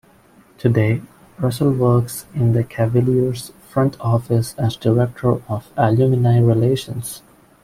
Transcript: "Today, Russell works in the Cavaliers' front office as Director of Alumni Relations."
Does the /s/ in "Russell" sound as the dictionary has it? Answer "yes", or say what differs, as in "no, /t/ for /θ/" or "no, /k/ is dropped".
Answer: yes